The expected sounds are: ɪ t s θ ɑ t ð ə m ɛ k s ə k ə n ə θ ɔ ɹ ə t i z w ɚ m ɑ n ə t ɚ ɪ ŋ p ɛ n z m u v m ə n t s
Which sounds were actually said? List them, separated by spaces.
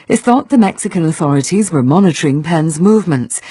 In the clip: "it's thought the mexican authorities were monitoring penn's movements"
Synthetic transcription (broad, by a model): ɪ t θ ɑ t ð ə m ɛ k s ə k ə n ə θ ɔ ɹ ə t i z w ɚ m ɑ n ə t ɚ ɪ ŋ p ɛ n z m u v m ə n t s